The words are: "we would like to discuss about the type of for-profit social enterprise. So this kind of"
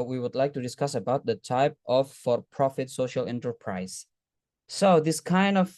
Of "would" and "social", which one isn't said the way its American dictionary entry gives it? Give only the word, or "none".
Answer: none